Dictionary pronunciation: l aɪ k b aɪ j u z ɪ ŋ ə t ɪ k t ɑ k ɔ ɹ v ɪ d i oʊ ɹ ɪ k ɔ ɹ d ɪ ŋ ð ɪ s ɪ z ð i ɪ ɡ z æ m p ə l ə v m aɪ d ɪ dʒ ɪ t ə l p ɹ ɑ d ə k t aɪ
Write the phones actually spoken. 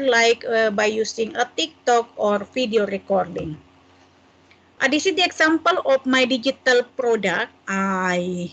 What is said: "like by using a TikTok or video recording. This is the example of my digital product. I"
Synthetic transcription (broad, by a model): l aɪ k b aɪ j u s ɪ ŋ ə t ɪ k t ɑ k ɔ ɹ f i d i oʊ ɹ ɪ k ɔ ɹ d ɪ ŋ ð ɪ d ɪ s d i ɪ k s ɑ m p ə l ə f m aɪ d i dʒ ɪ t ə l p ɹ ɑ d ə k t aɪ